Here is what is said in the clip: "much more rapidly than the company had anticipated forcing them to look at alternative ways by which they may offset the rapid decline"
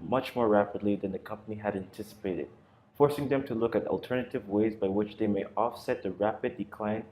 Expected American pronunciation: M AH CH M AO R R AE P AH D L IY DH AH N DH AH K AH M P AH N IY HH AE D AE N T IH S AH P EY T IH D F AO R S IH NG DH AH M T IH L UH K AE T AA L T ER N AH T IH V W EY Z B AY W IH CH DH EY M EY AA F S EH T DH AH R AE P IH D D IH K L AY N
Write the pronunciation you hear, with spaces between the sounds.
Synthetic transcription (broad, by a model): M AH CH M AO R R AE P AH D L IY DH AH N DH AH K AH M P AH N IY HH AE D AE N T IH S AH P EY T IH D F AO R S IH NG DH AH M T IH L UH K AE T AA L T ER N AH T IH V W EY Z B AY W IH CH DH EY M EY AA F S EH T DH AH R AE P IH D D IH K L AY N